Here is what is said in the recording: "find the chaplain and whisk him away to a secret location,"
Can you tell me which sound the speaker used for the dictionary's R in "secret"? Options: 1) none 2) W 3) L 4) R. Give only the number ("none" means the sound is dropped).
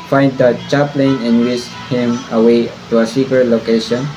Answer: 1